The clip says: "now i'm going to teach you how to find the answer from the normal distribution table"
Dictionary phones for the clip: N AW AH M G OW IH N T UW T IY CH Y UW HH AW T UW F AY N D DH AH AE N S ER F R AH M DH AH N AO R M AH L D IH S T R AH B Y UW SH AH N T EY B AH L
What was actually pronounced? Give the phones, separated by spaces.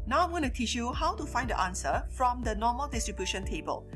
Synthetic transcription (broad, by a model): N AW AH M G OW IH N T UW T IY CH Y UW HH AW T UW F AY N D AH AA N S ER F R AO M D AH N AO M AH L D IH S T R AH B Y UW SH AH N T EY B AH L